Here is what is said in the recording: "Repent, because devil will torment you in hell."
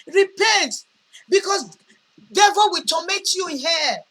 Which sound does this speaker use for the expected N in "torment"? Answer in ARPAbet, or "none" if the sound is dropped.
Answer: none